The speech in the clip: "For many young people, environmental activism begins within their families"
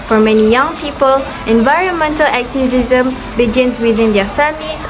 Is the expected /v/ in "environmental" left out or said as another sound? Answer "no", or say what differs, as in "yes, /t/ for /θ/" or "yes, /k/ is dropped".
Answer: no